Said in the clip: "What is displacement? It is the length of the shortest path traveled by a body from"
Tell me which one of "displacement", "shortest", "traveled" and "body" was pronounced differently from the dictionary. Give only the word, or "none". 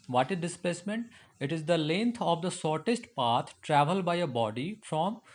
shortest